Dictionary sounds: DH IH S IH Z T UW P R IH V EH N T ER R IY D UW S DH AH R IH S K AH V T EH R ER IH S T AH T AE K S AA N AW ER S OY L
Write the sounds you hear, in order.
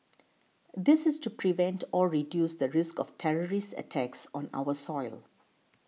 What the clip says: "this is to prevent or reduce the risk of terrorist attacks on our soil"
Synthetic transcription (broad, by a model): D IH S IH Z T UW P R IH V EH N T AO R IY D UW S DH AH R IH S K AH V T EH R ER IH S T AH T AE K S AA N AW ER S OY L